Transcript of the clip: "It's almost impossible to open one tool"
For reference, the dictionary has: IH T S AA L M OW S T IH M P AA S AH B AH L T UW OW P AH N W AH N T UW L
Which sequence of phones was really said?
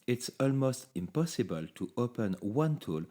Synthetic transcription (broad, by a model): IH T S AA L M OW S T IH M P AA S AH B AH L T UW OW P AH N W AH N T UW L